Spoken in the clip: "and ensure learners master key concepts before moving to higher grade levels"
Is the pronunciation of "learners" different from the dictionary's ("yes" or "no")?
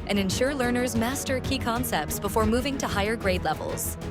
no